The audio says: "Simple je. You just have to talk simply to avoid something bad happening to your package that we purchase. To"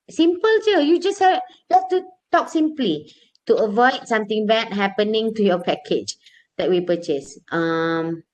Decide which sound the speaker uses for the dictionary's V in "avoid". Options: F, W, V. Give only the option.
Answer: V